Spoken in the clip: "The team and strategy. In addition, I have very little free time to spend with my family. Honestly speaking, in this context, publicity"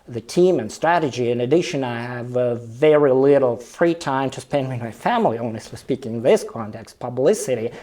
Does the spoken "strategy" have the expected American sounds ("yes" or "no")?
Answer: yes